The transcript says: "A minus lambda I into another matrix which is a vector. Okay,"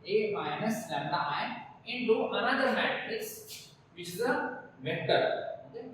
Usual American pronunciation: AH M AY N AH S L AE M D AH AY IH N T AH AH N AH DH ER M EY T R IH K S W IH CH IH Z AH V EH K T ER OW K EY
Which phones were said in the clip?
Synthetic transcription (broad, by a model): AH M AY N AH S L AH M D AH AY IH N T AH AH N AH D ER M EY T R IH S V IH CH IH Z AH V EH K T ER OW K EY